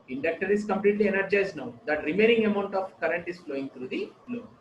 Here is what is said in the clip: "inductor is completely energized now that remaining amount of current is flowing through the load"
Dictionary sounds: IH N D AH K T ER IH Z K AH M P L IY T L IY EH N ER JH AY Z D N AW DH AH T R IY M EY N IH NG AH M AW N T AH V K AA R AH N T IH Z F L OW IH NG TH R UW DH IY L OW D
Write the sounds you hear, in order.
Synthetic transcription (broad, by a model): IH N D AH K T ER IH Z K AH M P L IY T L IY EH N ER JH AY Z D N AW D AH T R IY M EY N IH NG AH M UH N T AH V K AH R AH N T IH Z F L OW IH NG T R UW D IY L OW